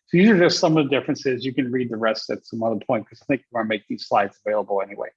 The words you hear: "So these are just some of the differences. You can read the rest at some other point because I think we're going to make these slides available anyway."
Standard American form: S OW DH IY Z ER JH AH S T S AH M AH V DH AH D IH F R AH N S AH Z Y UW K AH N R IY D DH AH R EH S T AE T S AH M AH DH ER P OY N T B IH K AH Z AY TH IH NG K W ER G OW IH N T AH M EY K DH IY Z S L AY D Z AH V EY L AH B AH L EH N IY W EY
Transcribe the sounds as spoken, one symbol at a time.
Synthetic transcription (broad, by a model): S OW DH IY Z ER JH AH S T S AH M AH V DH AH D IH F R AH N S AH Z Y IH K AH N R IY D DH AH R EH S T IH T S AH M AH DH ER P OY N T K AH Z AY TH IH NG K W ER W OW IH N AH M EY K DH IY Z S L AY D Z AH V EY L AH B L EH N IY W EY